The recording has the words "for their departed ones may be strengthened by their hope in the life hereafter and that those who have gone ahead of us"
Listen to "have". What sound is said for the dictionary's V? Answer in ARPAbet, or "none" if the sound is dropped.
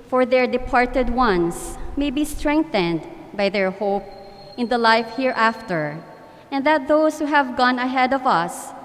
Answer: V